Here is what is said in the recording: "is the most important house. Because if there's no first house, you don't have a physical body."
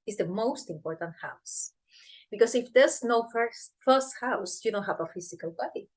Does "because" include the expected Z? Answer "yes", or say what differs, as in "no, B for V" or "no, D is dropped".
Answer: no, S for Z